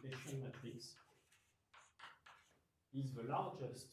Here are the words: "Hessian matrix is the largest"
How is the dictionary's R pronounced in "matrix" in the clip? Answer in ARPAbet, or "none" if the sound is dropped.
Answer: L